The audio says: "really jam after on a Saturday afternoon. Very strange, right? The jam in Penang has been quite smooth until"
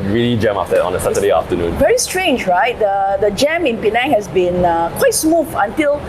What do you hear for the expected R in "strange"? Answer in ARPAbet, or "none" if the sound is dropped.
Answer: R